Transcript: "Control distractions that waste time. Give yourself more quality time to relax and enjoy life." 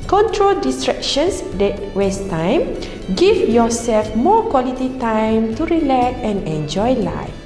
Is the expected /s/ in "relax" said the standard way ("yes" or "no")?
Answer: no